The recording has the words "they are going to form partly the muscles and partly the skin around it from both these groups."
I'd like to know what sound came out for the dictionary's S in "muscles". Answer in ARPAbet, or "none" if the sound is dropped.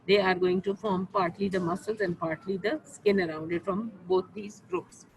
S